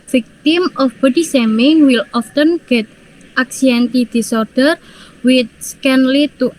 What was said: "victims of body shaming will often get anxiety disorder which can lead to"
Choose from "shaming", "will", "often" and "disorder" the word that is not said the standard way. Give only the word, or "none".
shaming